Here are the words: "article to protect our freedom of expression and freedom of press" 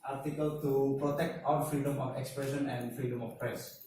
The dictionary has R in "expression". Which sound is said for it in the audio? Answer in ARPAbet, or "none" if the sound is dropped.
R